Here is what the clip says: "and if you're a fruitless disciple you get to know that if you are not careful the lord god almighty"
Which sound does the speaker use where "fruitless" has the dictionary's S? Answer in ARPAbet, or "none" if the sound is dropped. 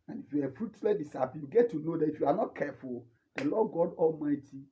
none